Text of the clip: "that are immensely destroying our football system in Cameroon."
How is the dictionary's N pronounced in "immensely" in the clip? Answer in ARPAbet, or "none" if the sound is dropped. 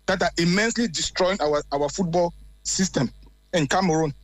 N